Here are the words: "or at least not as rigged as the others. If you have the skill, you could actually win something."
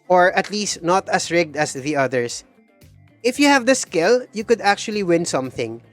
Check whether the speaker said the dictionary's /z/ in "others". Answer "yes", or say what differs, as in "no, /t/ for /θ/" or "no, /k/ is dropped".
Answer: no, /s/ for /z/